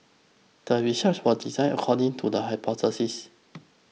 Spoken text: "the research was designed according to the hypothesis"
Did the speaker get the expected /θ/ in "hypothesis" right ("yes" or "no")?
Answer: no